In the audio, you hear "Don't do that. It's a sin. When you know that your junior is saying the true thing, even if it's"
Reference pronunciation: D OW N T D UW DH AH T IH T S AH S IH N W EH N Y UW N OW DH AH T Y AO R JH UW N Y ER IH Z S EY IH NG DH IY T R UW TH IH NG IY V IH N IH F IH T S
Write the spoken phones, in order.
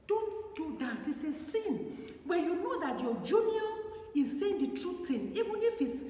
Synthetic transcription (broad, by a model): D OW N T D UW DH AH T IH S AH S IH N W EH N Y UW N OW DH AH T Y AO JH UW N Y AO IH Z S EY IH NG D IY T R UW T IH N IY V IH N IH F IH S